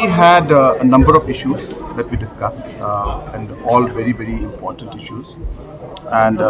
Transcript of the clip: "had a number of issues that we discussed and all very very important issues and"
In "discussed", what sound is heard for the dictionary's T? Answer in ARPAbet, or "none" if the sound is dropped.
T